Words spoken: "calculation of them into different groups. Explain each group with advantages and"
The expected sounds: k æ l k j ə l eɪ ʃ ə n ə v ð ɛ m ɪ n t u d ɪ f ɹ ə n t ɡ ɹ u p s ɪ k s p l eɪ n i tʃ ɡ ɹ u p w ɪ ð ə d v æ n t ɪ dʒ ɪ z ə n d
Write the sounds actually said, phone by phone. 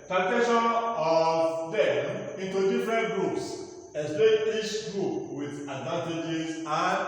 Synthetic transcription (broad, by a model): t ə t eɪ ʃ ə n ə v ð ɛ m ɪ n t u d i f ɹ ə n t ɡ ɹ u p s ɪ s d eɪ i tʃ ɡ ɹ u p w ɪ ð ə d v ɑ n t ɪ dʒ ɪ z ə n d